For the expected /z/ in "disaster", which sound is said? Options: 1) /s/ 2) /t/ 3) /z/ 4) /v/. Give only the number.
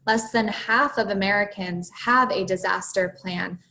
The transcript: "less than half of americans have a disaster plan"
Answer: 3